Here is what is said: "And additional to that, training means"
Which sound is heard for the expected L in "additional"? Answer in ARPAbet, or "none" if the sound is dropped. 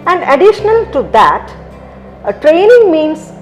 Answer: L